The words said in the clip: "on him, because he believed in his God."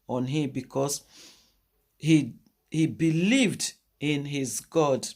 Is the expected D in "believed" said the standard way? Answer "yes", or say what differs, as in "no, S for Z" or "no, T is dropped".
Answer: yes